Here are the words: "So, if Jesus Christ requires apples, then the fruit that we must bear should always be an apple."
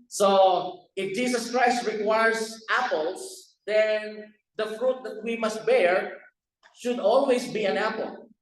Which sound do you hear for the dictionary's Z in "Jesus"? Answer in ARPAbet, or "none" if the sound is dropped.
S